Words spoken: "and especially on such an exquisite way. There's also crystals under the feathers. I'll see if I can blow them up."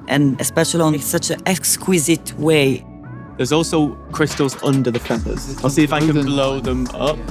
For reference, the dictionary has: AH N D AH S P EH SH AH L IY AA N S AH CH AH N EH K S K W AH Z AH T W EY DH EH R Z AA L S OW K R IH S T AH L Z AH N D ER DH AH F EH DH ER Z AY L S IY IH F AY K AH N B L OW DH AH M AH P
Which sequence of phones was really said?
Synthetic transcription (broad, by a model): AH N AH S P EH SH AH L IY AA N S AH CH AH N EH K S K W AH Z AH T W EY DH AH Z AA L S OW K R IH S T AH L Z AH N D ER DH AH F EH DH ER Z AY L S IY IH F AY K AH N B L OW DH AH M AH P